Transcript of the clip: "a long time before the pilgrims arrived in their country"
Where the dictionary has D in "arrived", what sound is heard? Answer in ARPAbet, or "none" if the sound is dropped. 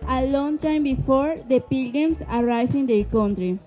none